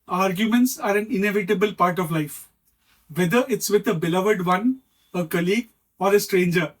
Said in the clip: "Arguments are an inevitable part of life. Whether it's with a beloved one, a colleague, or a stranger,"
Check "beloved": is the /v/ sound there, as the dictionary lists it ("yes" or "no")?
yes